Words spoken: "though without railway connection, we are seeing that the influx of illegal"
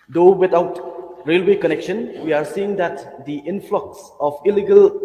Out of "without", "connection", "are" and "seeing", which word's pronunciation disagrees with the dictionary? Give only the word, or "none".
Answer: without